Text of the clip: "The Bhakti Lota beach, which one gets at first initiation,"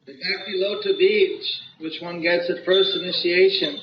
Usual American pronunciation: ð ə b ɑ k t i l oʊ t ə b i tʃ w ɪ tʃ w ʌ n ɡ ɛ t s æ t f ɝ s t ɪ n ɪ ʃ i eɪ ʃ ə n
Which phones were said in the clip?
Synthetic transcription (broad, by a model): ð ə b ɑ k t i l oʊ t ə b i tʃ w ɪ tʃ w ʌ n ɡ ɛ t s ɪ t f ɝ s t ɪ n ɪ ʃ i eɪ ʃ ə n